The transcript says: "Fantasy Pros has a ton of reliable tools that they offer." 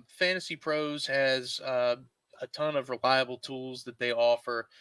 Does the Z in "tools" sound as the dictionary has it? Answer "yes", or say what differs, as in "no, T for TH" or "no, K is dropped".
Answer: yes